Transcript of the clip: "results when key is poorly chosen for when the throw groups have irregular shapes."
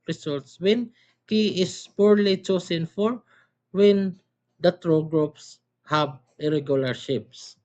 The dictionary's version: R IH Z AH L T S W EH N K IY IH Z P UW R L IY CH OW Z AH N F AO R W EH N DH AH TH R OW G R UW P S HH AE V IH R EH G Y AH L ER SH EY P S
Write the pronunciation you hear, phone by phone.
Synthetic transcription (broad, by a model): R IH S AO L T S W EH N K IY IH S P UW R L IY CH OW S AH N F AO R W EH N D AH T R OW G R UW P S HH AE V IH R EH G Y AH L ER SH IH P S